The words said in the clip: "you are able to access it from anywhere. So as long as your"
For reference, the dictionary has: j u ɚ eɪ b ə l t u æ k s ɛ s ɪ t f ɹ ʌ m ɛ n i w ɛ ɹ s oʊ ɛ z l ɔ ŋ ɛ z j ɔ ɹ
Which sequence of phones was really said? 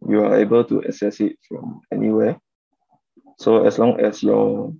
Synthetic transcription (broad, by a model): j u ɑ eɪ b ə l t u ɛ s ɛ s ɪ t f ɹ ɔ m ɛ n i w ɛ s oʊ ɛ s l ɔ ŋ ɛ s j ɔ